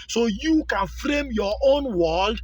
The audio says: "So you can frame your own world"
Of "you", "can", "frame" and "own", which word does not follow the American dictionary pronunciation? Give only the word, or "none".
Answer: none